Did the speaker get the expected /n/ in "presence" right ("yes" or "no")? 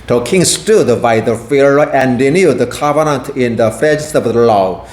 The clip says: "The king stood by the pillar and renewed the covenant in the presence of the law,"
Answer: no